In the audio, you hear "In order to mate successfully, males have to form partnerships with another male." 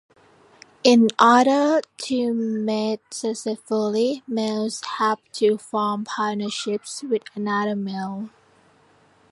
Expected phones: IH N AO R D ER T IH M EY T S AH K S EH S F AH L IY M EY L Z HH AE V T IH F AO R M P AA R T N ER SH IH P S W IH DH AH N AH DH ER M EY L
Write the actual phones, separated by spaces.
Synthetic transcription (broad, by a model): IH N AO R D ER T IH M EY T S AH S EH F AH L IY M EY L Z HH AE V T IH F AO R M P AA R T N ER SH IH P S W IH DH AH N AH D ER M EY L